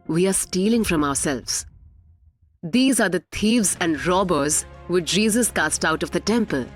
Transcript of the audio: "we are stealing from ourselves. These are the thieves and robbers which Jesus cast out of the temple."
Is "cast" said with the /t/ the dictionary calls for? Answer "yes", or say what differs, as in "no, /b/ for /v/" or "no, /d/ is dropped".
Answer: yes